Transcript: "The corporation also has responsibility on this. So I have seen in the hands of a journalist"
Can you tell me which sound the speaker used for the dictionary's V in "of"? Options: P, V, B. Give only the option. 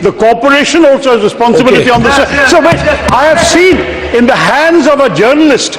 V